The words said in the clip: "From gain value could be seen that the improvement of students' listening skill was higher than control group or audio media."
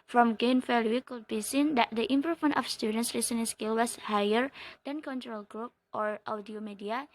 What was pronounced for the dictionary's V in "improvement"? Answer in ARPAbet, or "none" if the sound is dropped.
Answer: F